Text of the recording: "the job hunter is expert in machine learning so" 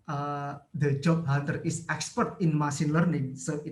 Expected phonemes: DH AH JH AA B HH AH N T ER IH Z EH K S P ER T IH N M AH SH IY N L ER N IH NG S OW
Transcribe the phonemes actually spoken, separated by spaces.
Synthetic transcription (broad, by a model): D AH JH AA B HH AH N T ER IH S EH K S P ER T IH N M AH S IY N L ER N IH NG S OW